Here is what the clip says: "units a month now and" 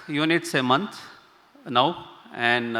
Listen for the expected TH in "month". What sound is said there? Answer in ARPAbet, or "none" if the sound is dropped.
T